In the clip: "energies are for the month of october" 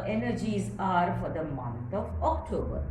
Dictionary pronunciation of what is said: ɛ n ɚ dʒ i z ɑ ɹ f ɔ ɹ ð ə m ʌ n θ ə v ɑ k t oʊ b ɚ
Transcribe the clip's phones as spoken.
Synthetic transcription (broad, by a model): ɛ n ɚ dʒ i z ɑ ɹ f ɔ ɹ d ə m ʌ n t ə v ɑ k t oʊ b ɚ